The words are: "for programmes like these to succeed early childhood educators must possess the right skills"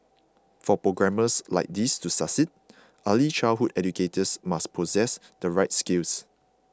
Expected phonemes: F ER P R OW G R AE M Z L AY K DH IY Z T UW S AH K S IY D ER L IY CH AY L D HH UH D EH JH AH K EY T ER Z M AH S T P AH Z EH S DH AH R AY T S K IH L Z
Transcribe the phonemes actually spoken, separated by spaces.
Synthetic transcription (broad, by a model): F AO P R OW G R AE M S L AY K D IY S T UW S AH S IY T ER L IY CH AY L HH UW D EH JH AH K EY T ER S M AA S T P AH Z EH S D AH R AY T S K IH L S